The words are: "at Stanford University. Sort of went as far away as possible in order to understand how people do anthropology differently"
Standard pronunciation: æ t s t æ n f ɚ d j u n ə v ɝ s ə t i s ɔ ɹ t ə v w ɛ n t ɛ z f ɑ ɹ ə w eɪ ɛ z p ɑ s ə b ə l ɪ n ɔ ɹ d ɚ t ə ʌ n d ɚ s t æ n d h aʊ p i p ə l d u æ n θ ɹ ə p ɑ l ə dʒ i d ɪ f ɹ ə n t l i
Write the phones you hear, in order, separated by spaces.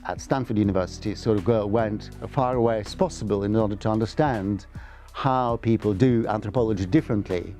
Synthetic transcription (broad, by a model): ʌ t s t æ n f ɚ d j u n ə v ɝ s ə t i s ɔ ɹ t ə v w ɛ n t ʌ f ɑ ɹ ə w eɪ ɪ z p ɑ s ə b ə l ɪ n ɔ ɹ d ɚ t ə ʌ n d ɚ s t æ n d h aʊ p i p ə l d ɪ æ n θ ɹ ə p ɑ l ə dʒ i d ɪ f ɹ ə n t l i